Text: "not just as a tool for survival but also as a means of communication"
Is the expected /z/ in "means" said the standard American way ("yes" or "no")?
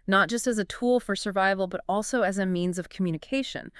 yes